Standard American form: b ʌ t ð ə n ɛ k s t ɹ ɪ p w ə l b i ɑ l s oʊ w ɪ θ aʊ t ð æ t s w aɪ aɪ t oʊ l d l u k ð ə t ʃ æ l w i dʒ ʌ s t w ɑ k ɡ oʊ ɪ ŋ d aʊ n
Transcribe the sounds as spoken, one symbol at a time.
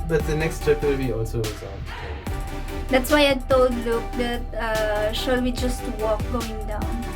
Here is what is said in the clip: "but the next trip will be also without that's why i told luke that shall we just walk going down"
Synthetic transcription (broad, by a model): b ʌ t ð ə n ɛ k s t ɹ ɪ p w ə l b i ɑ l s oʊ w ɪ s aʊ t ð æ t s w aɪ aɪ t oʊ l d l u k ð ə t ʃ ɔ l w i dʒ ʌ s t w ɑ k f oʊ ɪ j d aʊ n